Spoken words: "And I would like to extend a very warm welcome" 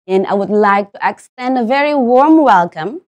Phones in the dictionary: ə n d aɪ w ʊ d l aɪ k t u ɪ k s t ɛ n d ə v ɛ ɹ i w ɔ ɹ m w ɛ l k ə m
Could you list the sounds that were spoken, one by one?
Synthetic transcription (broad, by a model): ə n aɪ w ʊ d l aɪ k t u ɪ k s t ɛ n d ə v ɛ ɹ i w ɔ ɹ m w ɛ l k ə m